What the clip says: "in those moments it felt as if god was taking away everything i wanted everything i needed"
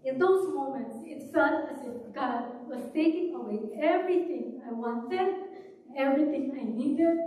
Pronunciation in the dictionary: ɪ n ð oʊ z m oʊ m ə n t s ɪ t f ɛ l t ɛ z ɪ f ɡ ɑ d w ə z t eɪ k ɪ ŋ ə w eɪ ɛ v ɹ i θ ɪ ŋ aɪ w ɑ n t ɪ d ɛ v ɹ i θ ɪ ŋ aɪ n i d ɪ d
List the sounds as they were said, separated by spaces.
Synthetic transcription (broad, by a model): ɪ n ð oʊ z m oʊ m ə n t s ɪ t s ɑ t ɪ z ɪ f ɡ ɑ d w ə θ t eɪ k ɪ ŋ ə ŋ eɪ ɛ v ɹ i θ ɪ ŋ aɪ w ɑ n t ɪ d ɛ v ɹ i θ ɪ ŋ aɪ n i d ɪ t